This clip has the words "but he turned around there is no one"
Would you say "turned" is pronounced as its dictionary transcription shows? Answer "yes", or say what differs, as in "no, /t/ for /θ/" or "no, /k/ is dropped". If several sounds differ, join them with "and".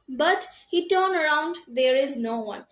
no, /d/ is dropped